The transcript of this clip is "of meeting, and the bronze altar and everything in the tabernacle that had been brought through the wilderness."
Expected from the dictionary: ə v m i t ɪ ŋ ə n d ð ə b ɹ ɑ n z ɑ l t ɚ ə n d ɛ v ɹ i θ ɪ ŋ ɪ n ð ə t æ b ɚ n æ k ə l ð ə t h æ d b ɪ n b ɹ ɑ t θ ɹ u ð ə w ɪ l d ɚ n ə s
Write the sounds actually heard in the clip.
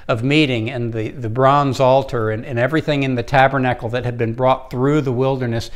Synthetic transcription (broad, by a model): ə v m i t ɪ ŋ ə n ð ð ə b ɹ ɑ n z ɑ l t ɚ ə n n ɛ v ɹ i θ ɪ ŋ ɪ n ð ə t æ b ɚ n æ k l ð ə t h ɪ d b ɪ n b ɹ ɑ t θ ɹ u ð ə w ɪ l d ɚ n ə s